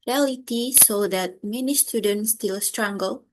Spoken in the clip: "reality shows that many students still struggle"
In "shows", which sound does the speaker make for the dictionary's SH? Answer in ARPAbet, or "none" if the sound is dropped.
S